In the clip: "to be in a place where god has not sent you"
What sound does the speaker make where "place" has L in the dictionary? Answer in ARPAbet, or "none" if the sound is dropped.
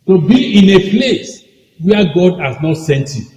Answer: L